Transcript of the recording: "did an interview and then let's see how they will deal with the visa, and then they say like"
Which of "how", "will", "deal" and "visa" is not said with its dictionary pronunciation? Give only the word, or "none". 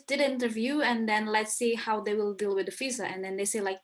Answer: visa